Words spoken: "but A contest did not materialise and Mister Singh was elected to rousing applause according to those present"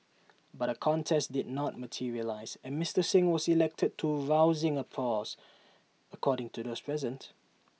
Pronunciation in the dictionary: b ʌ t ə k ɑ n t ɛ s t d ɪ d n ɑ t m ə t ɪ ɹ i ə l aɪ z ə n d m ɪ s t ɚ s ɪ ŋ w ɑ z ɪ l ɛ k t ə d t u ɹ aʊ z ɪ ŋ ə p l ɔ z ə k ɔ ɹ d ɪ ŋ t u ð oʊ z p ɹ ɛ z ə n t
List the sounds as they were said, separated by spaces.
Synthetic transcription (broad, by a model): b ʌ t ə k ɑ n t ɛ s t d ɪ d n ɑ t m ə t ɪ ɹ i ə l aɪ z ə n m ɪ s t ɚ s ɪ ŋ w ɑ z ɪ l ɛ k t ə d t u ɹ aʊ z ɪ ŋ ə p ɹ ɔ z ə k ɔ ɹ d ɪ ŋ t u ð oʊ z p ɹ ɛ z ə n t